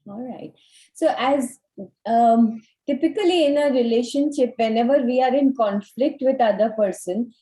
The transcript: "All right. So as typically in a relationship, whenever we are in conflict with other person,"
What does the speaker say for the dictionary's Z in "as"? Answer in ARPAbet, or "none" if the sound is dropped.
Z